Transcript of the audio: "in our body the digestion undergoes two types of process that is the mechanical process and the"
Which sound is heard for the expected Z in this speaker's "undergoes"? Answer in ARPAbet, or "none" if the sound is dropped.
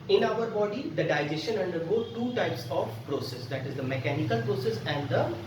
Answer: none